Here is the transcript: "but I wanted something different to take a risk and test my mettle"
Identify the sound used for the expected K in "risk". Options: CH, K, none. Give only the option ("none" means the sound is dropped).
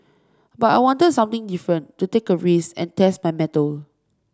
none